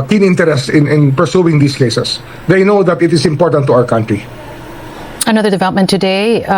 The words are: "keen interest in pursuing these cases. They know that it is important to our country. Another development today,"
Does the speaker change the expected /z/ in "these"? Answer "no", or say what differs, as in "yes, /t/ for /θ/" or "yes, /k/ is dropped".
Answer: yes, /s/ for /z/